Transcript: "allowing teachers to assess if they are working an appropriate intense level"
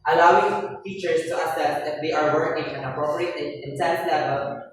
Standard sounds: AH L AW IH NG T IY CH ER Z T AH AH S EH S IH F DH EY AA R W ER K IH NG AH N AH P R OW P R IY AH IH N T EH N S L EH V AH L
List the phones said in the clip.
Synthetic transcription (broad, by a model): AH L AW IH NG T IY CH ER S T AH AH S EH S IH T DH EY AA R W ER K IH NG AH N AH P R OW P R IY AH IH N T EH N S L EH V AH L